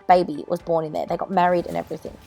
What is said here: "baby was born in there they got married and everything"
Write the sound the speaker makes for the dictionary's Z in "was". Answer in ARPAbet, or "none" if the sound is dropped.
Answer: Z